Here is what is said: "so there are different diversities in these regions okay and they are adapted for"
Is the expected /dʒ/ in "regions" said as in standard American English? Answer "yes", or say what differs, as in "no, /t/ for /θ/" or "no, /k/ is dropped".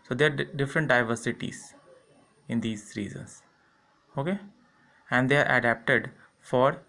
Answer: no, /z/ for /dʒ/